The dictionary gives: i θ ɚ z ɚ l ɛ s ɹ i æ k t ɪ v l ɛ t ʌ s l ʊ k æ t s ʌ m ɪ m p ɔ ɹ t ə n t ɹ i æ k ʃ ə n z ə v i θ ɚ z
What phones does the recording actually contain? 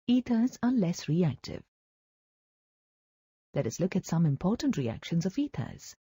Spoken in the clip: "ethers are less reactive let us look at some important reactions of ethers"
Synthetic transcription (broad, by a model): i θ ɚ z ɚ l ɛ s ɹ i æ k t ɪ v l ɛ t ʌ s l ʊ k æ t s ʌ m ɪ m p ɔ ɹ t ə n t ɹ i æ k ʃ ə n z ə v i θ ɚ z